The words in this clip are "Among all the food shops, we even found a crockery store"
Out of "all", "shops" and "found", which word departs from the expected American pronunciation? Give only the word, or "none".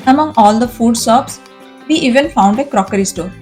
shops